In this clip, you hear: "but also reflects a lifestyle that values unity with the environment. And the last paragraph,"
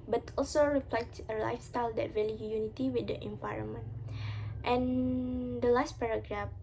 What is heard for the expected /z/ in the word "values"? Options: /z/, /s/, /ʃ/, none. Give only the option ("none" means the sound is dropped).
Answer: none